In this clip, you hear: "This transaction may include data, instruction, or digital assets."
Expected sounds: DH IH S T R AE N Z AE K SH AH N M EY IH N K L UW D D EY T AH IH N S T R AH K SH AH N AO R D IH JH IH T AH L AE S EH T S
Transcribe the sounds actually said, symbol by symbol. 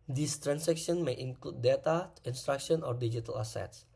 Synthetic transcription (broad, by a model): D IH S T R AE N S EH K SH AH N M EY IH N K L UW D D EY T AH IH N S T R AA K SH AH N AO R D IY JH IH T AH L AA S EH T S